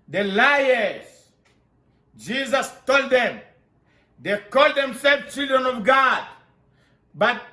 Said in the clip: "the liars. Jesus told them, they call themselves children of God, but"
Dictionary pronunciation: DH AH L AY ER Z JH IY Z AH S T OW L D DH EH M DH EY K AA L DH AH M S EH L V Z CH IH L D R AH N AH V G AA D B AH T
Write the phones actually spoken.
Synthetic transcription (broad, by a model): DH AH L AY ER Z JH IY Z AH S T OW L D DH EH M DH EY K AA L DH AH M S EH L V CH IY L D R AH N AH V G AA D B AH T